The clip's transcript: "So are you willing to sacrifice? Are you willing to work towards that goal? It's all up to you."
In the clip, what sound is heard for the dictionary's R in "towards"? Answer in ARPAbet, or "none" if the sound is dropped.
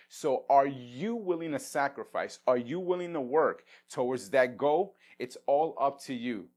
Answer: W